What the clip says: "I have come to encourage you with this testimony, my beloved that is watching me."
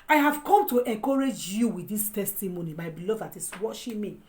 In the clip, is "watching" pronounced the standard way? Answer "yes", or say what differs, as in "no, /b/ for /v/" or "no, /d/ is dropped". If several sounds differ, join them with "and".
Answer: no, /ʃ/ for /tʃ/